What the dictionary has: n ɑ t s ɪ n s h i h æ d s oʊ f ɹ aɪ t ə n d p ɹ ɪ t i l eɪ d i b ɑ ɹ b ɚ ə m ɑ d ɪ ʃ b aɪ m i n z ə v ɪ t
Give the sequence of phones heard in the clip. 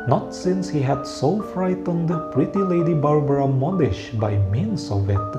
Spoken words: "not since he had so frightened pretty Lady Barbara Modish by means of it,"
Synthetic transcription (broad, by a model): n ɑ t s ɪ n s h i h æ d s oʊ f ɹ aɪ t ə n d p ɹ ɪ t i l eɪ d i b ɑ ɹ b ɚ ə m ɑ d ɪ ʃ b aɪ m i n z ə v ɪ t